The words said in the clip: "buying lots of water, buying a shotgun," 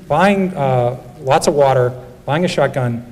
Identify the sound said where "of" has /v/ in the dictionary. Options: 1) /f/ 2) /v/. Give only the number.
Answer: 2